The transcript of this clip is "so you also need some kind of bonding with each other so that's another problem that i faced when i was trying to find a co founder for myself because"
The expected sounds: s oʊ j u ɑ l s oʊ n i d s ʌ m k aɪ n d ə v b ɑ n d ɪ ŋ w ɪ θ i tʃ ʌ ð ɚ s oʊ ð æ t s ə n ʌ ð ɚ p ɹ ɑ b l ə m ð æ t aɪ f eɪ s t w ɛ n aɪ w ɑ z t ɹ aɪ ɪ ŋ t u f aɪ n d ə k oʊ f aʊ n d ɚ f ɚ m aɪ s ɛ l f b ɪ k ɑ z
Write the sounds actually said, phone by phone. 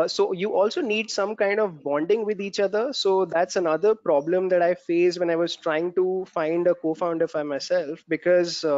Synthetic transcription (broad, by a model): s oʊ j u ɑ l s oʊ n i d s ʌ m k aɪ n d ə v b ɑ n d ɪ ŋ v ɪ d i tʃ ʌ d ɚ s oʊ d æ t s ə n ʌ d ɚ p ɹ ɑ b l ə m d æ t aɪ f eɪ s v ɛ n aɪ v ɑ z t ɹ aɪ ɪ ŋ t u f aɪ n d ə k oʊ f aʊ n d ɚ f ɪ m aɪ s ɛ l f b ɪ k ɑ z